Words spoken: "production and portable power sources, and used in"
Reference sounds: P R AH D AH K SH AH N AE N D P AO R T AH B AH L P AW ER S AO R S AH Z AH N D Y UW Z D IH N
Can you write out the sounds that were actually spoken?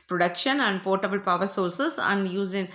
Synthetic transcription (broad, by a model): P R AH D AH K SH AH N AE N D P AO R T AH B AH L P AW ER S AO R S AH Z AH N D Y UW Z IH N